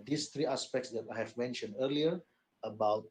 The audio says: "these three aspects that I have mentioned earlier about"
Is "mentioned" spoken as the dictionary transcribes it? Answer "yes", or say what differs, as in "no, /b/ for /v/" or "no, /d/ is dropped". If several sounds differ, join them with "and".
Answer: yes